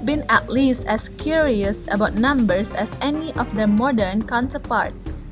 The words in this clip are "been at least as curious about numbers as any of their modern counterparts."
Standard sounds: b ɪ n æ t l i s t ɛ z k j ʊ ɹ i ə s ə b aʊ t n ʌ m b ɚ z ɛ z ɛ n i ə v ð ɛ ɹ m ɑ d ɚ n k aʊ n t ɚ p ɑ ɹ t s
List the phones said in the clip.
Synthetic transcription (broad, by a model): b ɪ n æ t l i s t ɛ s k j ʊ ɹ i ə s ə b aʊ t n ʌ m b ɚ s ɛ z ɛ n i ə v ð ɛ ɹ m ɑ d ɚ n k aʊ n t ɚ p ɑ ɹ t s